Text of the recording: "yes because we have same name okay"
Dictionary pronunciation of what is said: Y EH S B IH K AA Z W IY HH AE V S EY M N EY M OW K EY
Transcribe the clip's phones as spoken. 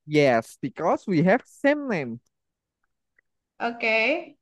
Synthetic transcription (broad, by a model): Y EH S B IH K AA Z W IY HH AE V S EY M L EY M OW K EY